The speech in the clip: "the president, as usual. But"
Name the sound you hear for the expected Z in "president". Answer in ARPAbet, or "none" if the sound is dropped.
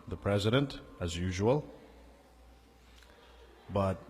Z